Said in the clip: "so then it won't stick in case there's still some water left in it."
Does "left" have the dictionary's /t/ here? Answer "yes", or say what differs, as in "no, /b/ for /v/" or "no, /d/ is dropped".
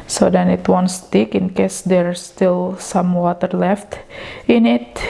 yes